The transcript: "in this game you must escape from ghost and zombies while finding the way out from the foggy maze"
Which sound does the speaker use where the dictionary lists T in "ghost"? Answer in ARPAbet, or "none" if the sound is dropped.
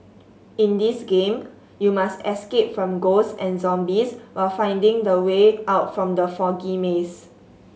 none